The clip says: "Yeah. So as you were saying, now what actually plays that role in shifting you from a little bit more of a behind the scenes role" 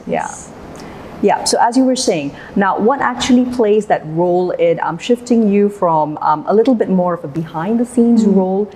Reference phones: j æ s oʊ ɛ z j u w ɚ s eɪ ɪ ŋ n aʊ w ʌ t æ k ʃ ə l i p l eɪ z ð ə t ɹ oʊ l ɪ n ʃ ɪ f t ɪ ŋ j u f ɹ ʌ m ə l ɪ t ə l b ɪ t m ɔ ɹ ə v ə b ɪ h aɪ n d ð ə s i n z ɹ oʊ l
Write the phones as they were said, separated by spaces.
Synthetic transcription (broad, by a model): j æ s oʊ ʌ z j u w ɚ s eɪ ɪ ŋ n aʊ w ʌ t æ k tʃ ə l i p l eɪ z ð ə t ɹ oʊ l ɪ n ʃ ɪ f t ɪ ŋ j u f ɹ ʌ m ə l ɪ t l b ɪ t m ɔ ɹ ə v ə b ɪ h aɪ n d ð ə s i n z ɹ oʊ l